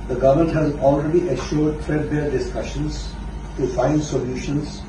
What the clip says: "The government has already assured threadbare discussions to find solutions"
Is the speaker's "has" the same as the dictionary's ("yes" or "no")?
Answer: yes